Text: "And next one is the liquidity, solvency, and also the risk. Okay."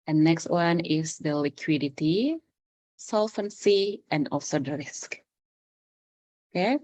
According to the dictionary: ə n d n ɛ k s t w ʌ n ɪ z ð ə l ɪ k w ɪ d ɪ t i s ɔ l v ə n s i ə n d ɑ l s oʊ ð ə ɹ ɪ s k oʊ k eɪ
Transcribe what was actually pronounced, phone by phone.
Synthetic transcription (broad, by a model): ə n n ɛ k s t w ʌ n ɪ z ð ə l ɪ k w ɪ d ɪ t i s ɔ l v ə n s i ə n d ɑ l s oʊ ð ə ɹ ɪ s k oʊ k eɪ